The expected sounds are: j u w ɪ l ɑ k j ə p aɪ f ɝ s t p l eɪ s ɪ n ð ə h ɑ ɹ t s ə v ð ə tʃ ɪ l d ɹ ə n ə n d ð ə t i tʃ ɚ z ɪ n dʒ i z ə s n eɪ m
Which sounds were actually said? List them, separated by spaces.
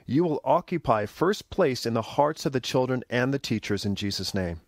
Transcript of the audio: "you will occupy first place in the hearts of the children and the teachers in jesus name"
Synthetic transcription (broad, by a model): j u w ɪ l ɑ k j ə p aɪ f ɝ s p l eɪ s ɪ n ð ə h ɑ ɹ t s ə v ð ə tʃ ɪ l d ɹ ə n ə n ð ə t i tʃ ɚ z ɪ n dʒ i z ə s n eɪ m